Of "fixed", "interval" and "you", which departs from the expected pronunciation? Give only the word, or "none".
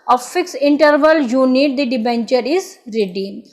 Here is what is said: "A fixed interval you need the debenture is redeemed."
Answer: fixed